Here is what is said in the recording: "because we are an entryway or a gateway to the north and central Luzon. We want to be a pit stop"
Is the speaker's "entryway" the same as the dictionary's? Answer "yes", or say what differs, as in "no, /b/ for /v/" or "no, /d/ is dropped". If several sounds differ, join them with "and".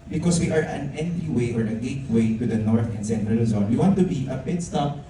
no, /ɹ/ is dropped